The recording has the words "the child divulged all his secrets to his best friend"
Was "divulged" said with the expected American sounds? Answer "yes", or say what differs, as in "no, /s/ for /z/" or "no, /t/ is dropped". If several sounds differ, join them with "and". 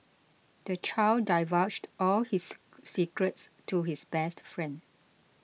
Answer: no, /l/ is dropped